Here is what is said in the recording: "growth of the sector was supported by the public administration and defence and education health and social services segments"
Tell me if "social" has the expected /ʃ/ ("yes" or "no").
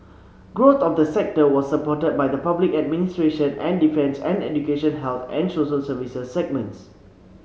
no